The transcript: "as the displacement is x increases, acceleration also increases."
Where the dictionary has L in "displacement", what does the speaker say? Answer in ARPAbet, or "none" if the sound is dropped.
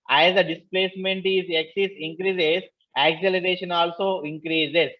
L